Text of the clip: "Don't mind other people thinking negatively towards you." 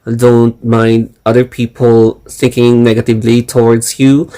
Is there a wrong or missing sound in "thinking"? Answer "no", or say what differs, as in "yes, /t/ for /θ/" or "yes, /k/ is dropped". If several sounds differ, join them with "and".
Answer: yes, /s/ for /θ/